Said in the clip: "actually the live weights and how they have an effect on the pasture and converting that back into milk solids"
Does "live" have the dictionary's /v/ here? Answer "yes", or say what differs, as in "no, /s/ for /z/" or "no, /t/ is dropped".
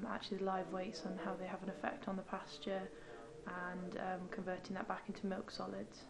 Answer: yes